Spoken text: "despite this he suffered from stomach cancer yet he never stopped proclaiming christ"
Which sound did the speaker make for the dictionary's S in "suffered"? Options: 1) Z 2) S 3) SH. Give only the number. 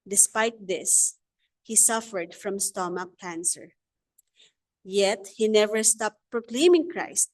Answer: 2